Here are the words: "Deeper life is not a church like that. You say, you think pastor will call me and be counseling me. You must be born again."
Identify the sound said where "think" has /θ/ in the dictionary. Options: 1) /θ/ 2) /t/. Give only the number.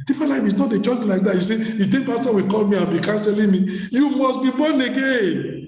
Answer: 2